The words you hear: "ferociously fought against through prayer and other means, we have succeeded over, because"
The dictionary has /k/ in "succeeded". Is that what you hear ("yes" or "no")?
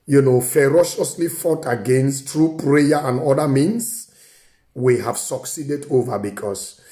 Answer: yes